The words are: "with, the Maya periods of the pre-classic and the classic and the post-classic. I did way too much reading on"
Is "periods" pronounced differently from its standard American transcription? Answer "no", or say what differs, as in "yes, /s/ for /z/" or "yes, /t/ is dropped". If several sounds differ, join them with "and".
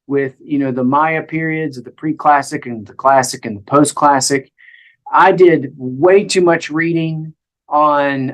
no